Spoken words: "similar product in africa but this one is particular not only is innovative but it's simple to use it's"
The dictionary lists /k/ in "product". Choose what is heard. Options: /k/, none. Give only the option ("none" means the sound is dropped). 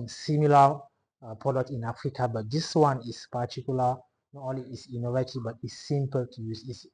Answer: none